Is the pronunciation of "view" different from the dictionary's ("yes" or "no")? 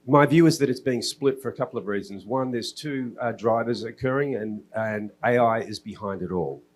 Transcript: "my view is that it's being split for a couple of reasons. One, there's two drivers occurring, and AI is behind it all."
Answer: no